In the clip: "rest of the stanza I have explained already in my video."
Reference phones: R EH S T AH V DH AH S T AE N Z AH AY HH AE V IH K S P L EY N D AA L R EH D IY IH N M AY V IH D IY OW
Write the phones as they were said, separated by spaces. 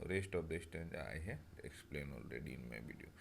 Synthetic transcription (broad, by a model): R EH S T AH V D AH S T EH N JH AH AY HH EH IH K S P L EY N AA L R EH D IY IH N M AY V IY D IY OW